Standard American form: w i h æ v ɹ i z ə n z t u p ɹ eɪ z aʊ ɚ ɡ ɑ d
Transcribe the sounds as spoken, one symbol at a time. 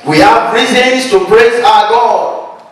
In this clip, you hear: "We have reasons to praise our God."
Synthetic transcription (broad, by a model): w i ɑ p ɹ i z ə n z t u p ɹ eɪ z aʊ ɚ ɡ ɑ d